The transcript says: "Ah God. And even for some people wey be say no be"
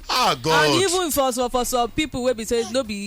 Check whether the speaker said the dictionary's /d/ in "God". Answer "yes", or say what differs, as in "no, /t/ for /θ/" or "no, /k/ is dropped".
no, /d/ is dropped